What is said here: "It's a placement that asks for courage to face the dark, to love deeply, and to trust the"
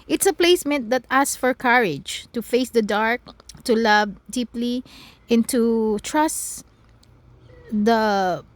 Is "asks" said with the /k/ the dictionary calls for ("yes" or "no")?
no